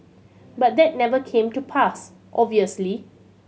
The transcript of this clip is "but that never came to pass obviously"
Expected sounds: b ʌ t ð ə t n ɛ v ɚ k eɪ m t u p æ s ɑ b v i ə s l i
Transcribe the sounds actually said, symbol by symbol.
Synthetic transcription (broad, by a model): b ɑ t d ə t n ɛ v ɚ k eɪ m t u p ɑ s ɑ v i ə s l i